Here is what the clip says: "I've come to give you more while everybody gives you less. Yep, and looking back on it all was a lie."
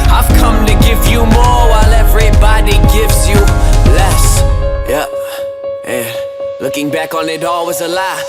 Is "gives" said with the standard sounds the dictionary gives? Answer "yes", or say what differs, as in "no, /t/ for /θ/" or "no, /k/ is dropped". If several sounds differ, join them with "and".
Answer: yes